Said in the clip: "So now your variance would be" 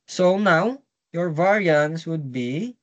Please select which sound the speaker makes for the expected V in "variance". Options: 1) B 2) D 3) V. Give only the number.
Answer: 3